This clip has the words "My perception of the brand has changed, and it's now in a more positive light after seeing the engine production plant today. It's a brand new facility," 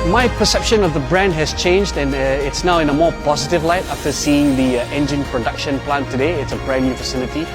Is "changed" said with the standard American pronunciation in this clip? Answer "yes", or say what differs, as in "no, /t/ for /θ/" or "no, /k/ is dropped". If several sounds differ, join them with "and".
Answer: yes